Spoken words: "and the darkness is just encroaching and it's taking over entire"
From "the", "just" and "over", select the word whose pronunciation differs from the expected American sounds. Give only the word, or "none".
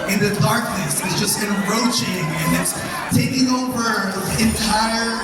over